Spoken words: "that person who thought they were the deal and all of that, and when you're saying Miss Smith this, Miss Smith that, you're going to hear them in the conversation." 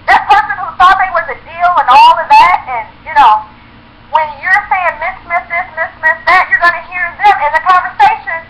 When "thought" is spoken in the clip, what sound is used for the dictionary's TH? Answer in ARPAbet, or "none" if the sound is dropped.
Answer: S